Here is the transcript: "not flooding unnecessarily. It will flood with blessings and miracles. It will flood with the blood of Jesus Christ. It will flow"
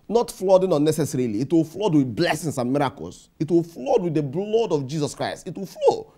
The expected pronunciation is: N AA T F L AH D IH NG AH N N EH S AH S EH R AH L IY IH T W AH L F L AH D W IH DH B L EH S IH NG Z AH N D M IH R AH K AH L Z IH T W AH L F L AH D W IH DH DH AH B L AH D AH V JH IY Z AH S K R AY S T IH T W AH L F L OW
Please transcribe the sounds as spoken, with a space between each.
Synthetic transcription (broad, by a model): N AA T F L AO D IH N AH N N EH S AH S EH R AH L IY T W AH L F L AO D W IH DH B L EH S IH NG S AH N M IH R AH K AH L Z IH T W AH L F L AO D W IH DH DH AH B L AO D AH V JH IY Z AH S K R AY S T IH T W AH L F L OW